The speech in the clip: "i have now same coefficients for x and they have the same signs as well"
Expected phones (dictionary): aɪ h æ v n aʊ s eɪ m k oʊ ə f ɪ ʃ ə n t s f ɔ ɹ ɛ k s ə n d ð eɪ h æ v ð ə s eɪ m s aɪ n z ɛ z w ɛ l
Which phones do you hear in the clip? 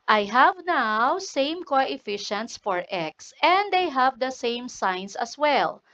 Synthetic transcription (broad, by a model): aɪ h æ v n aʊ s eɪ m k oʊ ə f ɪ ʃ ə n t s f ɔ ɹ ɛ k s ə n d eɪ h æ v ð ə s eɪ m s aɪ n s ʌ s w ɛ l